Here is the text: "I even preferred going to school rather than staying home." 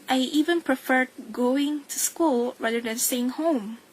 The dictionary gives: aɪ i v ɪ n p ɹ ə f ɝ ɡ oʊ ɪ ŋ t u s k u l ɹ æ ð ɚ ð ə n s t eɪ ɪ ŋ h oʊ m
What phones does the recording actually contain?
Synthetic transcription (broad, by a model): aɪ i v ɪ n p ɹ ə f ɝ ɡ oʊ ɪ ŋ t u s k u l ɹ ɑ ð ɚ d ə n s t eɪ ɪ ŋ h oʊ m